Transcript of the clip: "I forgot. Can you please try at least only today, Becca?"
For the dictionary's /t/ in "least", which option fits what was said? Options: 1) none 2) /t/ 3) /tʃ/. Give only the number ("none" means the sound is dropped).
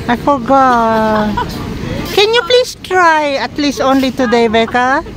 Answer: 2